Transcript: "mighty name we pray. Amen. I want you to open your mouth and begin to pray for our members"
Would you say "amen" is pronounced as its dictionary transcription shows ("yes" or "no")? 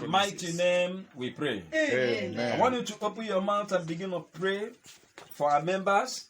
no